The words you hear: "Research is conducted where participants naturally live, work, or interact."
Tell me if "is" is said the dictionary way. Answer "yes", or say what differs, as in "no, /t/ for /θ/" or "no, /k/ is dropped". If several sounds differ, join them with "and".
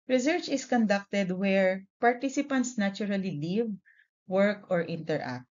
no, /s/ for /z/